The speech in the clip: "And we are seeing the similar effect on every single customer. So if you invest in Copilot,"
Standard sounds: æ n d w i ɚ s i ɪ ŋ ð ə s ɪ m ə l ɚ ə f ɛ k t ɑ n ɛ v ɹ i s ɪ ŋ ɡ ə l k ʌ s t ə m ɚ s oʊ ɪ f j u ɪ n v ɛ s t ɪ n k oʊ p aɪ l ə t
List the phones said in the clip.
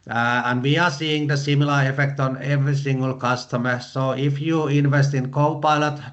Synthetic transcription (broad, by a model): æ n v i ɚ s i ɪ ŋ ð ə s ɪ m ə l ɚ ə f ɛ k t ɑ n ɛ v ɹ i s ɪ ŋ ɡ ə l k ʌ s t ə m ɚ s oʊ ɪ f j u ɪ n v ɛ s t ɪ n k oʊ p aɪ l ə t